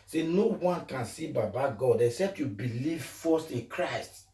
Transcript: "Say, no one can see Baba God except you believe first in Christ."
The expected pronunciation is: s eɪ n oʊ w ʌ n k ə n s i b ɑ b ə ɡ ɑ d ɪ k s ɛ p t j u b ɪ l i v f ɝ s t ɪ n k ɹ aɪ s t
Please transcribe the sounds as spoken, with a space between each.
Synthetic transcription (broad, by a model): s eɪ n oʊ w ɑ n k ə n s i b ɑ b ə ɡ ɑ d ɪ k s ɛ p t j u b ɪ l i v f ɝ s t ɪ n k ɹ aɪ s t